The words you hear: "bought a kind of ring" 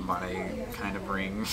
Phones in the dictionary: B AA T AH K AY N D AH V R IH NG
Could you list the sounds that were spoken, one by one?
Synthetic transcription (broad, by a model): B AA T AH K AY N D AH B R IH NG